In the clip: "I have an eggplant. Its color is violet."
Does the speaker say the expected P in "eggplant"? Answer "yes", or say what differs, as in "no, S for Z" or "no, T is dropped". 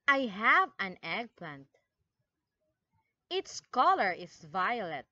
yes